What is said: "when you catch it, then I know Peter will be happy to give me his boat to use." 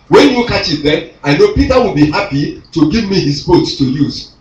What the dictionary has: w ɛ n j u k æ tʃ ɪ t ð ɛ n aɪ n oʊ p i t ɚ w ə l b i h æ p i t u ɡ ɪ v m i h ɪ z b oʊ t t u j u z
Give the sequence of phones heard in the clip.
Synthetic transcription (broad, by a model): w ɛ n j u k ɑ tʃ ɪ t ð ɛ aɪ n oʊ p i t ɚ w ə l b i h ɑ p i t u ɡ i v m i h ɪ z b oʊ t t u j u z